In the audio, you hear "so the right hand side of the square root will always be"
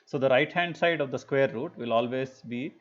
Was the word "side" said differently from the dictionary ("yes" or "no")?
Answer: no